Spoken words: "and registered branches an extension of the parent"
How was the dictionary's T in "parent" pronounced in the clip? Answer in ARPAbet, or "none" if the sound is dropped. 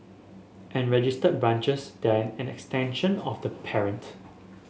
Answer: T